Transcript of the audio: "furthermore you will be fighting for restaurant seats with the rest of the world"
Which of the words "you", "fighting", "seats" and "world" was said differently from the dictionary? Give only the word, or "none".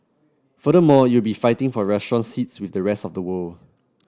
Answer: world